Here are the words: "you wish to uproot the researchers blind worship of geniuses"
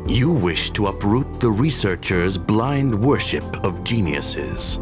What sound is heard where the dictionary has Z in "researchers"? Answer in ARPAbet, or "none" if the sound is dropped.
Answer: Z